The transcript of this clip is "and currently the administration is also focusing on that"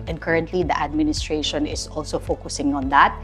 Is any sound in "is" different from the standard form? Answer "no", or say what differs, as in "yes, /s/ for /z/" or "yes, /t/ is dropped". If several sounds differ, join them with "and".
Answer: yes, /s/ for /z/